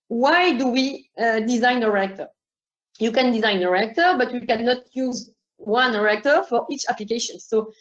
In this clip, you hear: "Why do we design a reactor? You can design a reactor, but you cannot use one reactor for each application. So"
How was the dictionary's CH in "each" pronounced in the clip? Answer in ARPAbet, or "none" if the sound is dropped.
CH